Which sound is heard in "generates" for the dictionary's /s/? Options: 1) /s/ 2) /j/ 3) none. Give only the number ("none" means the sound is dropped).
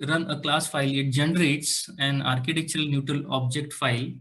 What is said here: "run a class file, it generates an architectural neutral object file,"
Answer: 1